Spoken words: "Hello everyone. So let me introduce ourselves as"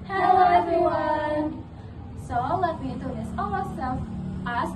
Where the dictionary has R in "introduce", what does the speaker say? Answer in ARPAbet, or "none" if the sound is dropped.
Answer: none